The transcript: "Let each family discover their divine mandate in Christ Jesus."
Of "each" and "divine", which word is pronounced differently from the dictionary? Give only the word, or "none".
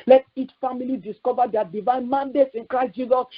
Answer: none